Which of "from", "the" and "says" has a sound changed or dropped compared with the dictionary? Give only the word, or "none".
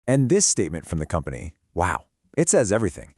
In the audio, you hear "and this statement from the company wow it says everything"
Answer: none